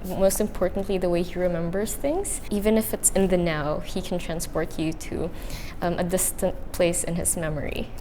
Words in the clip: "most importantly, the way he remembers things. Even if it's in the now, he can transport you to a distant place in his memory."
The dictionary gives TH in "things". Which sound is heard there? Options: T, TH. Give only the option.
TH